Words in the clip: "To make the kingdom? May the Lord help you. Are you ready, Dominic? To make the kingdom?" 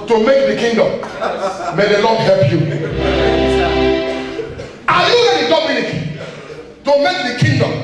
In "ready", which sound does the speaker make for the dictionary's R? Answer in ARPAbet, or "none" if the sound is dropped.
L